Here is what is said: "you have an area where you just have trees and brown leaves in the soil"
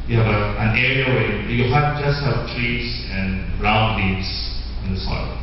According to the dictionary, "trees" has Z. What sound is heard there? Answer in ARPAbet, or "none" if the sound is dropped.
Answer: S